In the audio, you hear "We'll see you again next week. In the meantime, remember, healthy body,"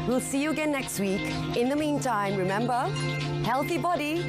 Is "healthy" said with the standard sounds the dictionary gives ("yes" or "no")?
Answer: yes